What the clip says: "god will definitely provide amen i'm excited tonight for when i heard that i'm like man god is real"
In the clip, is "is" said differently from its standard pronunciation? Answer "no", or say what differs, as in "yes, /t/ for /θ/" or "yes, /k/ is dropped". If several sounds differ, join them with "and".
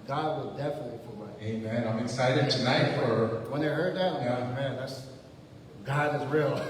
no